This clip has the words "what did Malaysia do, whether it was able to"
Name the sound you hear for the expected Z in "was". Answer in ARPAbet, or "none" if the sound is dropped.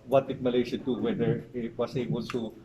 S